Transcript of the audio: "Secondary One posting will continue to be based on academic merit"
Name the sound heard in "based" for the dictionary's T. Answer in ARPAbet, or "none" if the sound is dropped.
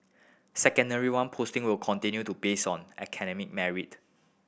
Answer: none